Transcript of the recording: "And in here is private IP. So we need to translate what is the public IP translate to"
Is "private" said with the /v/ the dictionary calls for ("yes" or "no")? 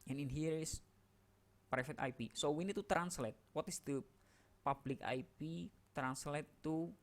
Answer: no